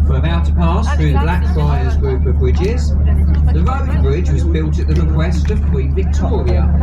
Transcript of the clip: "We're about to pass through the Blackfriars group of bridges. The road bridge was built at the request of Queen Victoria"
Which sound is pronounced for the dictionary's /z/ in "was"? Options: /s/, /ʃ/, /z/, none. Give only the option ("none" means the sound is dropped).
/z/